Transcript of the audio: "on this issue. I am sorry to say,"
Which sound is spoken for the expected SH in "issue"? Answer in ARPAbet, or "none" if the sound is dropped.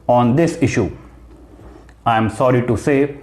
SH